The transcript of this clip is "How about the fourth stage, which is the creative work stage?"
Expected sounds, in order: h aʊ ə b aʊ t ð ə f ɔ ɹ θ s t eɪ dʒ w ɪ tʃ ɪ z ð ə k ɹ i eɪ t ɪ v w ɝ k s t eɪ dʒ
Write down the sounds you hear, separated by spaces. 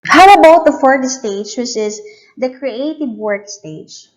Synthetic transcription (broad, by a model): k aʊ ə b aʊ t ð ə f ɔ ɹ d s t eɪ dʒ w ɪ s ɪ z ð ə k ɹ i eɪ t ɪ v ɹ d s t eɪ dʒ